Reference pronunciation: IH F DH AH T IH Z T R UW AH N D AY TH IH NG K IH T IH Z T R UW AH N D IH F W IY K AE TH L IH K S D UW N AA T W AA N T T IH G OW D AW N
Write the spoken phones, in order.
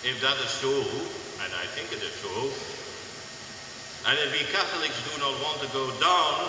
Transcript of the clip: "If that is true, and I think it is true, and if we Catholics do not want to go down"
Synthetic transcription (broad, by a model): IH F DH AH T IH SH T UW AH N AY TH IH NG K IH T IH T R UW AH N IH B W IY K AE TH L IH K S D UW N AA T W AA N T T IH G OW D AW N